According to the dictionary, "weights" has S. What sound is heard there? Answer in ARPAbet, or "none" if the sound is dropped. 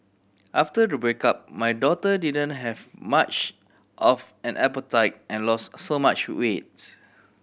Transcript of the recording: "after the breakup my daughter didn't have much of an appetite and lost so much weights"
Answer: none